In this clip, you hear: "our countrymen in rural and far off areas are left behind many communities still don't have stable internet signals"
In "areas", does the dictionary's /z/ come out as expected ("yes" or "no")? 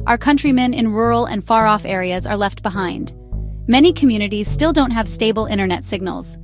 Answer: yes